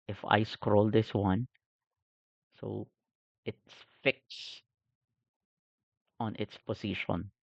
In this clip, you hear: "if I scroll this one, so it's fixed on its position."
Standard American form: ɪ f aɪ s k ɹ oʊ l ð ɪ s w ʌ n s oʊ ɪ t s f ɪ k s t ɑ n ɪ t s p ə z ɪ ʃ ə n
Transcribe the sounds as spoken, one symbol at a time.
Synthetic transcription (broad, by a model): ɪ f aɪ s k ɹ oʊ l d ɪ s w ʌ n s oʊ ɪ t s f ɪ k s ɑ n ɪ t s p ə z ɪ ʃ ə n